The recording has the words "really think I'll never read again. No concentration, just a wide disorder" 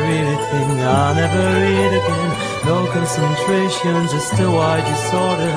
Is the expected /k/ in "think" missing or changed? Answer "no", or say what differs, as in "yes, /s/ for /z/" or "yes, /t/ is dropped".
yes, /k/ is dropped